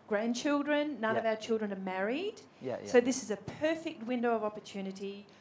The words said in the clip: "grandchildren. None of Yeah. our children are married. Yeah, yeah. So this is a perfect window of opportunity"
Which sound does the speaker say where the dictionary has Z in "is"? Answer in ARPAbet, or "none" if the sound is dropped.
Z